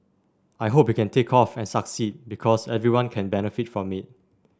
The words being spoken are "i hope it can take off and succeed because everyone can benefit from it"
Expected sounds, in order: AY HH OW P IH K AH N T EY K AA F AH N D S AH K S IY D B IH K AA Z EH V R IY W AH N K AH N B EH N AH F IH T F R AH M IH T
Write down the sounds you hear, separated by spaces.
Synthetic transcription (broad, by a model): AY HH OW P IH K AH N T EY K AA F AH N S AH K S IY D B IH K AA S EH V R IY W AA N K AH N B EH N AH F IH T F R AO M IH T